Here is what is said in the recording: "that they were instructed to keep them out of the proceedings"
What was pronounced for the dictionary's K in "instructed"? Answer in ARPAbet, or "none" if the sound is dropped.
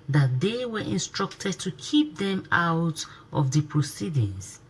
K